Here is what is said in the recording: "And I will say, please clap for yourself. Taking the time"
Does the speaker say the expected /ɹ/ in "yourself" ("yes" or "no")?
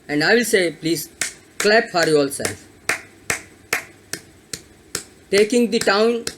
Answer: no